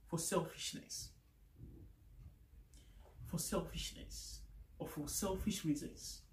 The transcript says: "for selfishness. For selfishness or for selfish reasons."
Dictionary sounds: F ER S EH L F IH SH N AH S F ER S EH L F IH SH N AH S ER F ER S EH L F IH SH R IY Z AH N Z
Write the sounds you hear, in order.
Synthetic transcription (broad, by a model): F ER S EH L F IH SH N AH S F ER S EH L F IH SH N AH S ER F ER S EH L F IH SH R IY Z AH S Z